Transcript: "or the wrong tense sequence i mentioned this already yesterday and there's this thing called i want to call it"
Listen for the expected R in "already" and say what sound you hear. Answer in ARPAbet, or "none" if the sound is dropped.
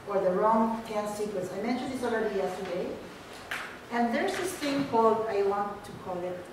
L